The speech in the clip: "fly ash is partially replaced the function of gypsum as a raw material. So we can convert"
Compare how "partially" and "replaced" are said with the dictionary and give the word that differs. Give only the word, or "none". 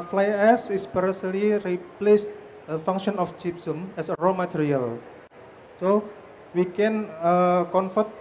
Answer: partially